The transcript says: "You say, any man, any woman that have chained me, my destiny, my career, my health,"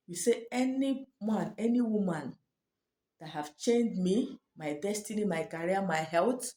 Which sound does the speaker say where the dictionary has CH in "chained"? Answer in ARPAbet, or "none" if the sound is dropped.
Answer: CH